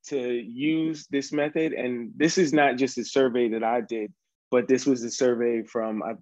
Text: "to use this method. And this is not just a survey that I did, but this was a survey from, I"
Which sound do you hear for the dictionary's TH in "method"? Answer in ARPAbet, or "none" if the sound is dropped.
TH